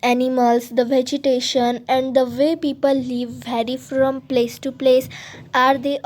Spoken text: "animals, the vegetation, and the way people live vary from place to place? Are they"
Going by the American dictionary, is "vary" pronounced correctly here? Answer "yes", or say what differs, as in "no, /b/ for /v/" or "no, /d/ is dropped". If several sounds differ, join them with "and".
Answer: yes